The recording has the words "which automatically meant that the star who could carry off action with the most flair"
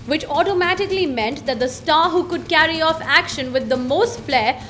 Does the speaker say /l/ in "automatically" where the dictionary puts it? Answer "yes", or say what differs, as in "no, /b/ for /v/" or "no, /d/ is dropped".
yes